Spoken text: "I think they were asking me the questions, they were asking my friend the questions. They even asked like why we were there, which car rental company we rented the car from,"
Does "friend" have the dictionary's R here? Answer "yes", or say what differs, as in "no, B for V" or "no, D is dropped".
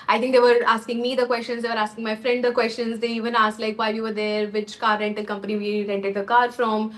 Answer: yes